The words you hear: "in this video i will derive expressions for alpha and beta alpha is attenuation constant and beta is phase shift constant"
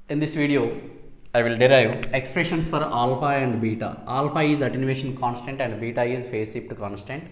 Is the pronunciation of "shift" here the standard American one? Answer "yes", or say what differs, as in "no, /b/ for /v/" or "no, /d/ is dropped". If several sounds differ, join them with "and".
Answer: no, /p/ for /f/